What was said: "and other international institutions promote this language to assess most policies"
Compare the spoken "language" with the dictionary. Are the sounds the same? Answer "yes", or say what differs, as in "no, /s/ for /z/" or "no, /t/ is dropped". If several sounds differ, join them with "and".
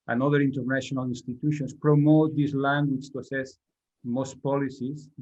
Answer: no, /tʃ/ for /dʒ/